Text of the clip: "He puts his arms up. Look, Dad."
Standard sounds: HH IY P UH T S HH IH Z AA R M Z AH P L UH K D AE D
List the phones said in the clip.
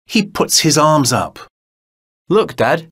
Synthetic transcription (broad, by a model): HH IY P UH T S HH IH Z AA R M Z AH P L UH K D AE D